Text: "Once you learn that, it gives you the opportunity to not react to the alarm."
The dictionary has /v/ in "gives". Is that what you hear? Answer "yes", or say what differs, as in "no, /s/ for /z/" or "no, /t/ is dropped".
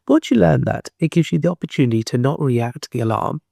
yes